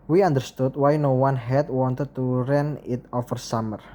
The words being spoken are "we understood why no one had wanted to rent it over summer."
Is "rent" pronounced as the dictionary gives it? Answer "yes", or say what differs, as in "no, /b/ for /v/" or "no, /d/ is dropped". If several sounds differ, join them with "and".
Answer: no, /t/ is dropped